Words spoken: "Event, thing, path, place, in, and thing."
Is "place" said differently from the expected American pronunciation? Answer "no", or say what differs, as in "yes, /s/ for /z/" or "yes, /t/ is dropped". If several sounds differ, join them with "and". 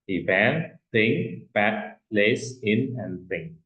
no